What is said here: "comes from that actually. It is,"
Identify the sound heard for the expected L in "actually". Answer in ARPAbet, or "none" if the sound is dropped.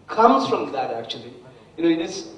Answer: N